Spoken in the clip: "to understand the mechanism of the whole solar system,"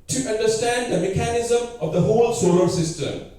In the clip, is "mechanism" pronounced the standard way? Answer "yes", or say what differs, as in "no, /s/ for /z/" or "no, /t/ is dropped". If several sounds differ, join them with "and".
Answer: yes